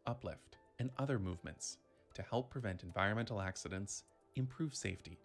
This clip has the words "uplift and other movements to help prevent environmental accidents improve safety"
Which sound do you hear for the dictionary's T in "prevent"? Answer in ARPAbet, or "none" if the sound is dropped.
T